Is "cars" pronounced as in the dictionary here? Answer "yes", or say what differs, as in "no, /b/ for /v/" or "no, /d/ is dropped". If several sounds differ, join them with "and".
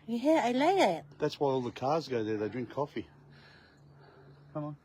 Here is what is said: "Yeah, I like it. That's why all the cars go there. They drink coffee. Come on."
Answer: yes